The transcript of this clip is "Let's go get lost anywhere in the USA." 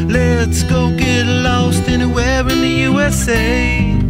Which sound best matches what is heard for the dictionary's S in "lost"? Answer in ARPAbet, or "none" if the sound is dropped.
S